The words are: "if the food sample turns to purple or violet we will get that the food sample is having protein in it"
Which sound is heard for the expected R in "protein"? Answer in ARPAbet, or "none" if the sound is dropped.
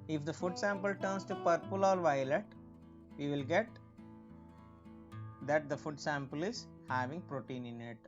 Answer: R